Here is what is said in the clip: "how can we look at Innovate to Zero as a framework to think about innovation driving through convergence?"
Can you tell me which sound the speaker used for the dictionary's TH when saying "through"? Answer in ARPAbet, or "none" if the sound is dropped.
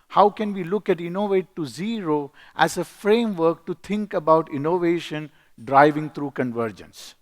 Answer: T